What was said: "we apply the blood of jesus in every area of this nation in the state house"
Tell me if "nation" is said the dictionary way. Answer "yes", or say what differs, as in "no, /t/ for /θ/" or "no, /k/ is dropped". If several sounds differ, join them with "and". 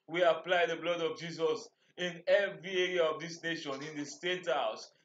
yes